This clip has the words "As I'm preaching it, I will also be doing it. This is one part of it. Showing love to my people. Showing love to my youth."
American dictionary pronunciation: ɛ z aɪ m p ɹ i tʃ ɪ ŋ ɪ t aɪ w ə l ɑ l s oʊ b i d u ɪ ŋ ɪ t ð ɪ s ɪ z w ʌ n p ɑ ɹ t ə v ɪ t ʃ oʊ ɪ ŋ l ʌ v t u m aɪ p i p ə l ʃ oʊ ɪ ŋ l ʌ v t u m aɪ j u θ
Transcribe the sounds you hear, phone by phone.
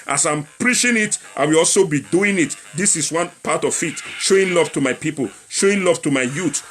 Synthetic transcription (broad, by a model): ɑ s aɪ m p ɹ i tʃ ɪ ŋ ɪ t aɪ w ə l ɑ l s oʊ b i d u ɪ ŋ ɪ t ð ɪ s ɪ s w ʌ n p ɑ t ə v ɪ t ʃ oʊ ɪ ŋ l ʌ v t u m aɪ p i p ə l ʃ oʊ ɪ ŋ l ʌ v t u m aɪ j u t